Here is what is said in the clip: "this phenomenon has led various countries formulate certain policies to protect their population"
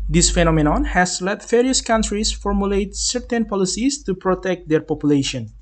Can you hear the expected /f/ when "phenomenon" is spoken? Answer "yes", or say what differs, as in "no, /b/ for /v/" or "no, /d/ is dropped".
yes